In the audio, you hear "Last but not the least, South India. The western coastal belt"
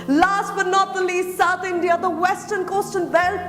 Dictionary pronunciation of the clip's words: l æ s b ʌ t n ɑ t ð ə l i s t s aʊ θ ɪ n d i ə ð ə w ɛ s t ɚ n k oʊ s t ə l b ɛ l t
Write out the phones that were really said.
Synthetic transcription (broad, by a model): l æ s b ʌ t n ɑ t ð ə l i s t s aʊ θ ɪ n d i ə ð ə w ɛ s t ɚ n k oʊ s t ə n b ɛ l